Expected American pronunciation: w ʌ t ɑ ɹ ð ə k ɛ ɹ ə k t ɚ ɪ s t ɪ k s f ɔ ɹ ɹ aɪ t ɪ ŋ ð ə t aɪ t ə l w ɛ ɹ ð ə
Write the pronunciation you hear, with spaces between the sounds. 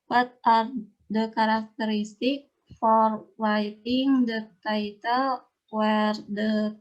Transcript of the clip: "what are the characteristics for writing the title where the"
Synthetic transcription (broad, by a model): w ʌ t ɑ ɹ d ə k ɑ ɹ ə k t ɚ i s t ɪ k f ɔ ɹ w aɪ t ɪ ŋ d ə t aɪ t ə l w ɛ ɹ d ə